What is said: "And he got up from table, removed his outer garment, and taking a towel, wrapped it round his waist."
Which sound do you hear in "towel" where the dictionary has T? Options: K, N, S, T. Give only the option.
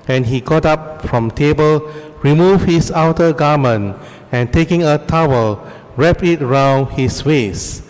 T